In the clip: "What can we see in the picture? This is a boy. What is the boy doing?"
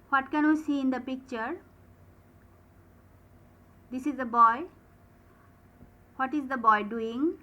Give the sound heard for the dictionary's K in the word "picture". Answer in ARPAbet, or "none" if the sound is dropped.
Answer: K